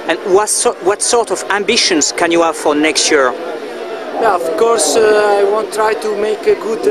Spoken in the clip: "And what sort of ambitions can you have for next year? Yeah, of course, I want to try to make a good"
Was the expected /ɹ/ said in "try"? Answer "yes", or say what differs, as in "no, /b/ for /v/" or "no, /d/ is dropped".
yes